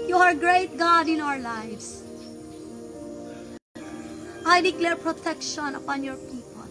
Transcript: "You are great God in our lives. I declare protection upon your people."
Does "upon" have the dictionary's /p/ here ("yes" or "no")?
yes